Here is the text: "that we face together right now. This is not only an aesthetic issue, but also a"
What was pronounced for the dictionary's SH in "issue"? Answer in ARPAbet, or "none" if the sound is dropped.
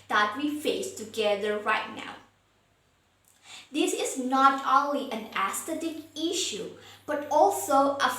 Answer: SH